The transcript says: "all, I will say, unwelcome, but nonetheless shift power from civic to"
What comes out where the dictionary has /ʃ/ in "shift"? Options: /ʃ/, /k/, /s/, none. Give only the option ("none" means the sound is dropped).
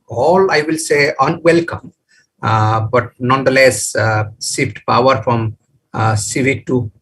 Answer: /s/